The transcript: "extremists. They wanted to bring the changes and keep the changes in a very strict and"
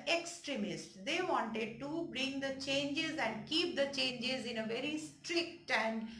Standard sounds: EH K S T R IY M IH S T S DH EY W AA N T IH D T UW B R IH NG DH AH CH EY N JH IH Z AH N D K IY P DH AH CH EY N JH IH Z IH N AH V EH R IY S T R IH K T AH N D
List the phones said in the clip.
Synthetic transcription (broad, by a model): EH K S T R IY M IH S T S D EY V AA N T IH D T UW B R IH NG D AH CH EY N JH IH Z AH N D K IY P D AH CH EY N JH IH Z IH N AH V EH R IY S T R IH K T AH N D